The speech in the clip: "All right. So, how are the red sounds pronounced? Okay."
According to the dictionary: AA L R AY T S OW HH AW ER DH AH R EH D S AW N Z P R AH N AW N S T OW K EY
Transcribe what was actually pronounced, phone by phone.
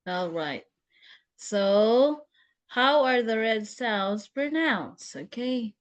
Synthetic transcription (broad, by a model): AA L R AY T S OW HH AW ER DH AH R EH D S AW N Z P R N AW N S OW K EY